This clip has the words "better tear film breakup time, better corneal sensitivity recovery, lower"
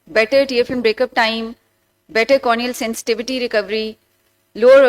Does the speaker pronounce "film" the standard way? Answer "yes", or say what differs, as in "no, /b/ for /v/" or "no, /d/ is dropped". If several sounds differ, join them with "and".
no, /l/ is dropped